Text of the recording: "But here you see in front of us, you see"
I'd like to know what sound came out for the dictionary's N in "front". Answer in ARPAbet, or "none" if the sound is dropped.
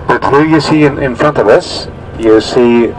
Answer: N